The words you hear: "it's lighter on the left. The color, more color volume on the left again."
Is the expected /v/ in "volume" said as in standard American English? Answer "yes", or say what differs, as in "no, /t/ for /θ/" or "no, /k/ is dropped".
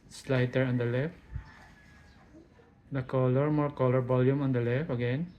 no, /b/ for /v/